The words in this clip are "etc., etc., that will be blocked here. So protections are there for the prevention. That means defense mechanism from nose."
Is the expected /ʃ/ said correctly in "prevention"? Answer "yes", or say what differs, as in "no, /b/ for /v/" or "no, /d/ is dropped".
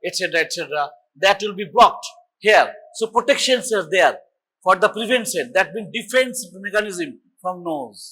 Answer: no, /s/ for /ʃ/